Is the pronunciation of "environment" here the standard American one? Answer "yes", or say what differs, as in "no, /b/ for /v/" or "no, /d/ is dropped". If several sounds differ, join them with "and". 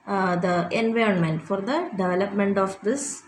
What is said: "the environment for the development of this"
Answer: yes